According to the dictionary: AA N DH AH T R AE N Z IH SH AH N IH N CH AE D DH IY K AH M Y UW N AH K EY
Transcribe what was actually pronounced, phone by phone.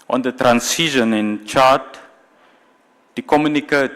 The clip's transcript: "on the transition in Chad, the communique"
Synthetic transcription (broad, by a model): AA N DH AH T R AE N S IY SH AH N IH N CH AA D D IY K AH M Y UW N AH K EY